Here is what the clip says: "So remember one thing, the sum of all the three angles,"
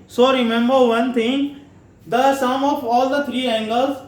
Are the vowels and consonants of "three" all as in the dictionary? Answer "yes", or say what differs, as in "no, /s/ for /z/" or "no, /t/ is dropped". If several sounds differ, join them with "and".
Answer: no, /t/ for /θ/